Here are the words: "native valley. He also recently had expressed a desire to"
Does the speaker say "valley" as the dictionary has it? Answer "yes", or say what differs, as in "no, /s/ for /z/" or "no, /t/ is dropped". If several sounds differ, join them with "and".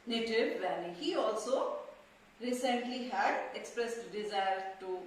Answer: no, /n/ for /l/